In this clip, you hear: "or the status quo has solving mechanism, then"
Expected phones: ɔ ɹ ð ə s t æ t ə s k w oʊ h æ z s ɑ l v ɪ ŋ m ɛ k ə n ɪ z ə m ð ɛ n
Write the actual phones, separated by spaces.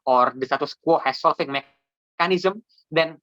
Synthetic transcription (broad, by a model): ɔ ɹ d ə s t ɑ t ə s k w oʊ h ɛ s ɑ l f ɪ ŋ m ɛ k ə n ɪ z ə m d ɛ n